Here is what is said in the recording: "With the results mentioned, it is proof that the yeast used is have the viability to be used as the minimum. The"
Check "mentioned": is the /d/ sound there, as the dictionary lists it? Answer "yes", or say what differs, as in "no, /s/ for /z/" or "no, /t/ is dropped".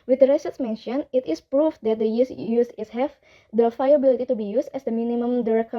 no, /d/ is dropped